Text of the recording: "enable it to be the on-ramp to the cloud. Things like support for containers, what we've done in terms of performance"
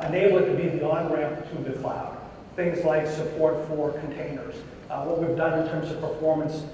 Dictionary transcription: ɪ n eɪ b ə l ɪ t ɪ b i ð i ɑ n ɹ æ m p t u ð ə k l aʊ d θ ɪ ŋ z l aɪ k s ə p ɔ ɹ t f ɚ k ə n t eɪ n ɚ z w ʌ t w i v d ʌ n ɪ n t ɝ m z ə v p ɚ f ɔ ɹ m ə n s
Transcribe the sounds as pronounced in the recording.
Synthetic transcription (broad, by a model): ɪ n eɪ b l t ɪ b i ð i ɑ n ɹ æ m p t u ð ə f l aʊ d θ ɪ ŋ z l aɪ k s ə p ɔ ɹ t f ɚ k n t eɪ n ɚ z w ʌ t w i v d ʌ n ɪ n t ɝ m z ə v p ɚ f ɔ ɹ m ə n s